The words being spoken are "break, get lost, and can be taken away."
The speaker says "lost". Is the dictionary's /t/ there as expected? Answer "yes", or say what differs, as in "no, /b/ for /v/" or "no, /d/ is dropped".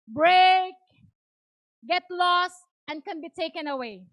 yes